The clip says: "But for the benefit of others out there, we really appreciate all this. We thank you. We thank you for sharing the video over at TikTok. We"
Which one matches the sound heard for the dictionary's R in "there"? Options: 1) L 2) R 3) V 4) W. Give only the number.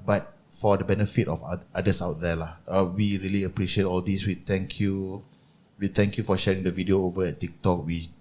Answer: 1